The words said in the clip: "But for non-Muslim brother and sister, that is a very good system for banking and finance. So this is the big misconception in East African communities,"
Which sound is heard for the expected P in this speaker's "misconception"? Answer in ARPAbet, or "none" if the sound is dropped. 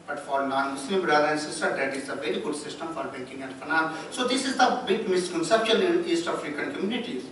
P